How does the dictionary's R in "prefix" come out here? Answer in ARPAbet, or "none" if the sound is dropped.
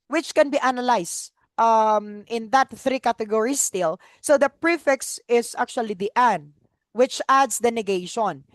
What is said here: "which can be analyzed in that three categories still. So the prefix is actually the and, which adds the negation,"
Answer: R